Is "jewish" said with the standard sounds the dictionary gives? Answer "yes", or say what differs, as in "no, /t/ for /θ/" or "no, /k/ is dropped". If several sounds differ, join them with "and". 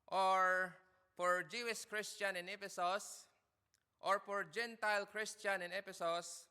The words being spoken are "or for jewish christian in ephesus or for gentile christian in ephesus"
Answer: no, /s/ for /ʃ/